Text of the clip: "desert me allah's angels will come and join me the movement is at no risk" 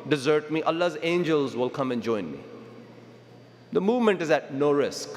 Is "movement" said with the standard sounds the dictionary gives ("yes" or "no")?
yes